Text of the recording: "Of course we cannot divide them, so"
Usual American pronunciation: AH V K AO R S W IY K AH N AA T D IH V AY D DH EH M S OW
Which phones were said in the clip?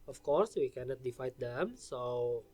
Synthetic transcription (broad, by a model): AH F K AO R S W IY K AH N AA T D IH F AY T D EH M S OW